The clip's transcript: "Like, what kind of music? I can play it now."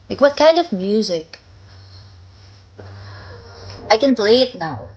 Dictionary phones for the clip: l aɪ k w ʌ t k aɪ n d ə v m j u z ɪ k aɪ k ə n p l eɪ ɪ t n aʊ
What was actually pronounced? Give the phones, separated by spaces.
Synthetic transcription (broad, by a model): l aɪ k w ʌ t k aɪ n d ə v m j u z ɪ k aɪ k ə n b l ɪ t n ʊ